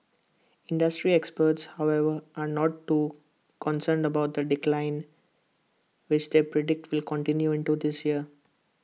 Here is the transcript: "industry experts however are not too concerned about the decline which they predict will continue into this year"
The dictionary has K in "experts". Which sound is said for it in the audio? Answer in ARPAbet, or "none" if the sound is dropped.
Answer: K